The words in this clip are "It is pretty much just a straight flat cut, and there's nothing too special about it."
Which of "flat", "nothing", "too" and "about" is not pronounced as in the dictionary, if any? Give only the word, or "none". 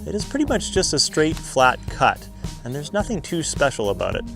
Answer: none